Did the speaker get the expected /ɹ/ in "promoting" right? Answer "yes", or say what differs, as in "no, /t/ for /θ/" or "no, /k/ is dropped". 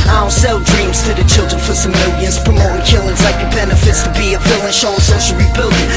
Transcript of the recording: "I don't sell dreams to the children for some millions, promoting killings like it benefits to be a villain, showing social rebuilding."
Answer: no, /ɹ/ is dropped